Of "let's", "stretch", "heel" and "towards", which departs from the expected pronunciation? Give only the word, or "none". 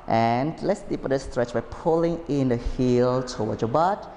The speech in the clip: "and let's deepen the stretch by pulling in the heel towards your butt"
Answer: towards